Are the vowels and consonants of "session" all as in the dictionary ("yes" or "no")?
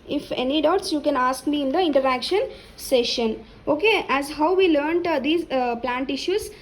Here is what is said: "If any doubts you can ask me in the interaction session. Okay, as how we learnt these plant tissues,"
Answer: yes